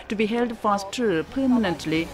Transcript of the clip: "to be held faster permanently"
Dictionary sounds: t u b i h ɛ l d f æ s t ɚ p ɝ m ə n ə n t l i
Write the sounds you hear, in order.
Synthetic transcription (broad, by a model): t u b i h ɛ l d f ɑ s t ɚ p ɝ m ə n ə n t l i